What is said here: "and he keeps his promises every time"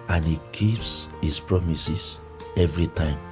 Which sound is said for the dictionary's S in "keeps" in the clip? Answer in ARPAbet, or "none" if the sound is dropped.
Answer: S